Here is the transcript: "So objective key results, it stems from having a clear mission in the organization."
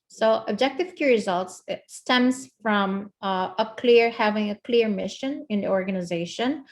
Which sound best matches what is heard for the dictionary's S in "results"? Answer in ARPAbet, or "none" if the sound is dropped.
S